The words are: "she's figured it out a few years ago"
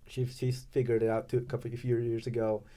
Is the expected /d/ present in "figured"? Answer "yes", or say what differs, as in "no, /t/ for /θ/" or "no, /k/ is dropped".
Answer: yes